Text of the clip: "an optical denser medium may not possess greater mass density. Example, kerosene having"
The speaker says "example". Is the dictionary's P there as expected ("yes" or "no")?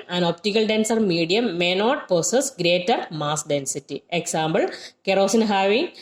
no